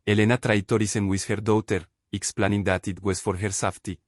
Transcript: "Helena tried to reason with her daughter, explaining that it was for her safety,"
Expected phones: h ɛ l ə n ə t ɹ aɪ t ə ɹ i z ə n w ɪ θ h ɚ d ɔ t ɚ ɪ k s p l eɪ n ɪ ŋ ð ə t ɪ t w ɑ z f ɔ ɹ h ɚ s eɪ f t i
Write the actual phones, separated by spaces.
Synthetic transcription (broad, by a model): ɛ l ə n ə t ɹ aɪ t ə ɹ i s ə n w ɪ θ h ɚ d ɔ t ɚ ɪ k s p l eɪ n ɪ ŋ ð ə t ɪ t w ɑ s f ɔ ɹ h ɚ s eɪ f t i